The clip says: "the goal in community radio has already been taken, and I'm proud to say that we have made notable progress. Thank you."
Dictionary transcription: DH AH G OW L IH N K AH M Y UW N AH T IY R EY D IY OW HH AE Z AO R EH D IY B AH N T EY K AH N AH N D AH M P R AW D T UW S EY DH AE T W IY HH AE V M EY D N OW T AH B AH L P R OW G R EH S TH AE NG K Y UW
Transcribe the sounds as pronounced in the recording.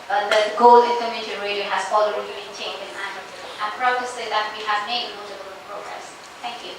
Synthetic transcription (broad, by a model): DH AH G OW L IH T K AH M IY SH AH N R EY D IY OW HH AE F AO L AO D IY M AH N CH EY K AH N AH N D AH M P R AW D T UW S EY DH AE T W IY HH AE V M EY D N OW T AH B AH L P R OW G R EH S T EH NG K Y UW